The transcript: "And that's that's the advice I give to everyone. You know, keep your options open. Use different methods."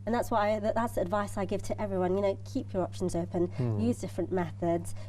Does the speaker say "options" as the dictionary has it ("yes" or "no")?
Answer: yes